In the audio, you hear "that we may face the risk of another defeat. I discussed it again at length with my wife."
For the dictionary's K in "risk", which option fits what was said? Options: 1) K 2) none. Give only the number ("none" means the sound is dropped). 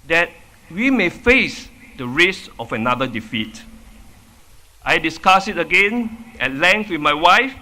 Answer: 2